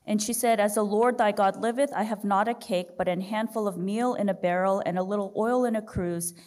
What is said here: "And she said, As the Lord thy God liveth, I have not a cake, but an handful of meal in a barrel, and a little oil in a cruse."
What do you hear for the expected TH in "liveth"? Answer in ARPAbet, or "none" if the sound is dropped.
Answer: TH